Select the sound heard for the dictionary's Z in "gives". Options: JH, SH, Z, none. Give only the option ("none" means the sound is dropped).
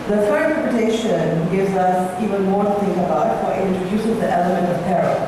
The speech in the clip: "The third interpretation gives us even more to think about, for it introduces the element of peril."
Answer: Z